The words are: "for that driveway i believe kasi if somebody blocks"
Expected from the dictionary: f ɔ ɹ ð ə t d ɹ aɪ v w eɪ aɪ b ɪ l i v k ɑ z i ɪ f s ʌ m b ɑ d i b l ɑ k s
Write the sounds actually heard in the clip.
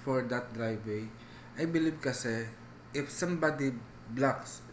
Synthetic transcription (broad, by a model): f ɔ ɹ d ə t d ɹ aɪ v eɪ aɪ b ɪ l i b k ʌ s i ɪ f s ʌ m b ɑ d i b l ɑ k s